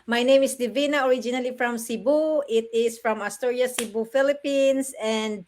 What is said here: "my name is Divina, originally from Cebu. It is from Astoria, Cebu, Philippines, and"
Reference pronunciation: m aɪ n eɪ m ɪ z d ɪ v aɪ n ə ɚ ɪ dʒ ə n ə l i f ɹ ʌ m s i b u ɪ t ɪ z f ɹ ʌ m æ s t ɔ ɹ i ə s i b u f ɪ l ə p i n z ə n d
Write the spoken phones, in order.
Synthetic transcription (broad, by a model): m aɪ n eɪ m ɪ s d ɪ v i n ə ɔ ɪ dʒ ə n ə l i f ɹ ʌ m s i b u ɪ t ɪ s f ɹ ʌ m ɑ s t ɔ ɹ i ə s i b u f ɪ l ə p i n s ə n d